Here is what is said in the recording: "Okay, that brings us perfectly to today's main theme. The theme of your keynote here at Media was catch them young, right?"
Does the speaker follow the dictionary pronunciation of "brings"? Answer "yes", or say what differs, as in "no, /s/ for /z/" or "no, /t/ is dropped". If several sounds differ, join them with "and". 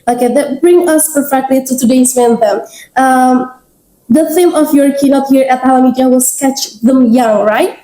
no, /z/ is dropped